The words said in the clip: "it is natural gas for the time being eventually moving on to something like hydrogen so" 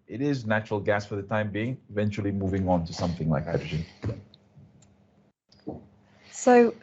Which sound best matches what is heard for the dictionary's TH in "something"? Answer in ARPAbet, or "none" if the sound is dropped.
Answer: TH